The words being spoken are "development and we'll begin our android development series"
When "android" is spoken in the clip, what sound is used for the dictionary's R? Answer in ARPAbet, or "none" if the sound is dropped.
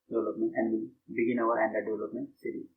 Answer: none